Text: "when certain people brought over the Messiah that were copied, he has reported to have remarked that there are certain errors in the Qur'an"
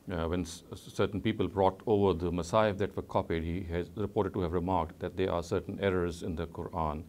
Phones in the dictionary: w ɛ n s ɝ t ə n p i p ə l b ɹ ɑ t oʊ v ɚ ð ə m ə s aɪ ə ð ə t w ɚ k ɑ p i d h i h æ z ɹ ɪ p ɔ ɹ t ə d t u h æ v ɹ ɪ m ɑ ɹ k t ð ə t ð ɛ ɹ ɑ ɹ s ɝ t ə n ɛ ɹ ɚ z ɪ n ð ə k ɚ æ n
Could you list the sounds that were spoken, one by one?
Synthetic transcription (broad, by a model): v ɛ n s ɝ t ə n p i p ə l b ɹ ɑ t oʊ v ɚ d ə m ə s aɪ ə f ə t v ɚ k ɑ p i d h i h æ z ɹ ɪ p ɔ ɹ t ə d t u h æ v ɹ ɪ m ɑ ɹ k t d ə t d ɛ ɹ ɑ ɹ s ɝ t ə n ɛ ɹ ɚ z ɪ n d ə k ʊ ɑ n